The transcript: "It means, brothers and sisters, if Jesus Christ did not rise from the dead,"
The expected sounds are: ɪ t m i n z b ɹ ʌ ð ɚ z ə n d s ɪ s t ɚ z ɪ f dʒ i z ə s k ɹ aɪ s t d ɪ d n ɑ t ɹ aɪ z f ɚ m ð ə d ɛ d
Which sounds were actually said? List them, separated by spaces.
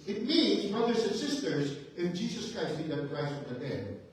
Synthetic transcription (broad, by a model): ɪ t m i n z b ɹ ʌ ð ɚ z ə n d s ɪ s t ɚ z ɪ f dʒ i z ə s k ɹ aɪ s t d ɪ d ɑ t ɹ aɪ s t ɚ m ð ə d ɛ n